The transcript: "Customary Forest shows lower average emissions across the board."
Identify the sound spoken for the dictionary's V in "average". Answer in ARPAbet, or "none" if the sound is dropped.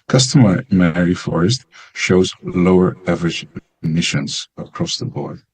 V